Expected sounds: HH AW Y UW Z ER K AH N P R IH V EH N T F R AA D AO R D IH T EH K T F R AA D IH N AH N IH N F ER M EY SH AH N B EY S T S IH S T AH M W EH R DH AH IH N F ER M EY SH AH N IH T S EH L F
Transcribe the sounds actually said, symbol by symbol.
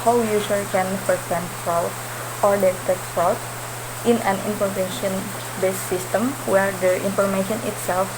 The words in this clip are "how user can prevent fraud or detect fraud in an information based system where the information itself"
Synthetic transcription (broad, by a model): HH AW Y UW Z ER K AH N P IH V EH N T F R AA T AO R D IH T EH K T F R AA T IH N AH N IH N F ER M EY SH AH N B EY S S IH S T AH M W EH R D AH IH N F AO M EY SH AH N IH T S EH L F